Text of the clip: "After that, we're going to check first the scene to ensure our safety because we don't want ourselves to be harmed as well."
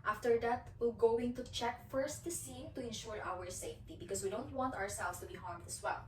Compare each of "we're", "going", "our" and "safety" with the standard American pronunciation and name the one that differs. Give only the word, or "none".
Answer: we're